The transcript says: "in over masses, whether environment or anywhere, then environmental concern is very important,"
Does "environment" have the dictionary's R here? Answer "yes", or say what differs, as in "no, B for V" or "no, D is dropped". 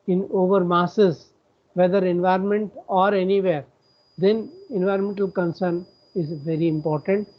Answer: yes